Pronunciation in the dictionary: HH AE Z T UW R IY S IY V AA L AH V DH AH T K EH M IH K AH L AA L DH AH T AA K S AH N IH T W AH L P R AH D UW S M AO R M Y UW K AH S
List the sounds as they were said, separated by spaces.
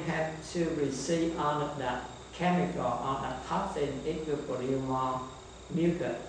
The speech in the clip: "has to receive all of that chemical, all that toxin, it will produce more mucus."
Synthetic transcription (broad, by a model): HH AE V T UW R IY S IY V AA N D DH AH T K EH M IH K AH L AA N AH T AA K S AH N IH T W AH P AH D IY M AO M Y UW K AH